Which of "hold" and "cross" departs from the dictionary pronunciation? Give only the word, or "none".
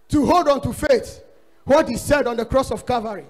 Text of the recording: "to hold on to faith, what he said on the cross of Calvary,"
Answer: none